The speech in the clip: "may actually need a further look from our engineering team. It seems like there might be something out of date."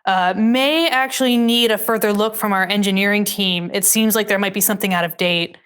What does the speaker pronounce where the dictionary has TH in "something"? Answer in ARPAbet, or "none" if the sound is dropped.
TH